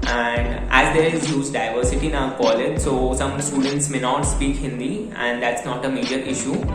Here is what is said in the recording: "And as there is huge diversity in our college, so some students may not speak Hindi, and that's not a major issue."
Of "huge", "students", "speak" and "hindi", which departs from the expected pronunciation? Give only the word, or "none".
huge